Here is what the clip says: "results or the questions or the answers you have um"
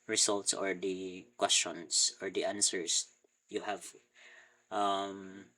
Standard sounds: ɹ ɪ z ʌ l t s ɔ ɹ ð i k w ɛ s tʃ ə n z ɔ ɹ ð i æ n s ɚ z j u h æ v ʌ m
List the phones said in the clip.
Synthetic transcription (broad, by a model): ɹ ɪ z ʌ l t s ɔ ɹ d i k w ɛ s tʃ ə n s ɔ ɹ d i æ n s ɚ s j u h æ v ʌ m